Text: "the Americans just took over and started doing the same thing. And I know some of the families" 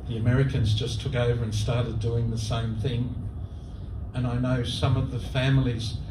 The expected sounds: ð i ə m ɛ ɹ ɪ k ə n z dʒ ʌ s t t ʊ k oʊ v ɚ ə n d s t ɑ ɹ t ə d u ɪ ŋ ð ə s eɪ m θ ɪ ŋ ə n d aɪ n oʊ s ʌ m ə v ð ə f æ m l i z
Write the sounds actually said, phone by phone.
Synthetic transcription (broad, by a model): ð i ə m ɛ ɹ ɪ k ə n z dʒ ʌ s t t ʊ k oʊ v ɚ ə n s t ɑ ɹ t ə d u ɪ ŋ ð ə s eɪ m θ ɪ ŋ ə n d aɪ n oʊ s ʌ m ə v ð ə f æ m l i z